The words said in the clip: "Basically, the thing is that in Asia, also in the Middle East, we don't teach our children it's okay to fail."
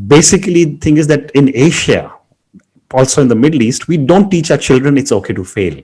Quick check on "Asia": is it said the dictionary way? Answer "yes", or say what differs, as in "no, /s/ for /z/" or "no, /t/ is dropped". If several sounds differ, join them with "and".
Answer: no, /ʃ/ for /ʒ/